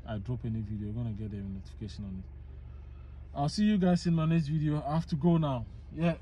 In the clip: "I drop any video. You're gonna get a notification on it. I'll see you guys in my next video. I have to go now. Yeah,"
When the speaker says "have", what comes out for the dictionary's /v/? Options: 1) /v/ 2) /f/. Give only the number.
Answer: 2